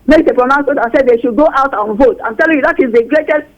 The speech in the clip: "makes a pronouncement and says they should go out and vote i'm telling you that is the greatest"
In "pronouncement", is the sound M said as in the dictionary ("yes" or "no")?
no